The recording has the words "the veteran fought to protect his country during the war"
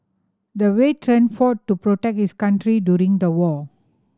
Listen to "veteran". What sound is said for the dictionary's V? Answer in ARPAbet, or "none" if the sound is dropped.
W